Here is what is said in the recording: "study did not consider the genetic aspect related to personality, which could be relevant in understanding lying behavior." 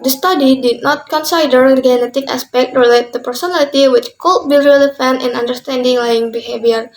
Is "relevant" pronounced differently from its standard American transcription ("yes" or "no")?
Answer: yes